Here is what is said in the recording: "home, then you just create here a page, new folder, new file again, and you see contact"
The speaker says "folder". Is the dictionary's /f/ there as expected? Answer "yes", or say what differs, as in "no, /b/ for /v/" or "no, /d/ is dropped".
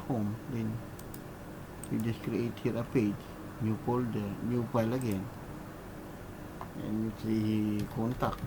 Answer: no, /p/ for /f/